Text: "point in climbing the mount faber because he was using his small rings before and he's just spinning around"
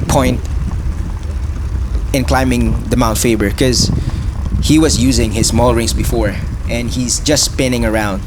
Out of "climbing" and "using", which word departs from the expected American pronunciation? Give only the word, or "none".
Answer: none